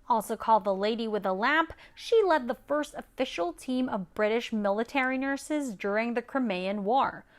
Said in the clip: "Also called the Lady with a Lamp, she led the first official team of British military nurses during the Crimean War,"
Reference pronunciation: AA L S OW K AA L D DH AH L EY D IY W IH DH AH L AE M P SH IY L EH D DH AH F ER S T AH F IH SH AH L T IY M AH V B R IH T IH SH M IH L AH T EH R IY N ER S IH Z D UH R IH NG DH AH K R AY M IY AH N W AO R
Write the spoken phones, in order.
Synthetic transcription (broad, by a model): AA L S OW K AA L D DH AH L EY D IY W IH DH AH L AE M P SH IY L EH D DH AH F ER S T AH F IH SH L T IY M AH V B R IH T IH SH M IH L AH T EH R IY N ER S IH Z D UH R IH NG DH AH K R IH M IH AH N W AO R